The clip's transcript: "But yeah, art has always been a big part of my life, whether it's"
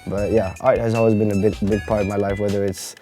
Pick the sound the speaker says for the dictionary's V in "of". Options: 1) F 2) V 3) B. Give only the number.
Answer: 2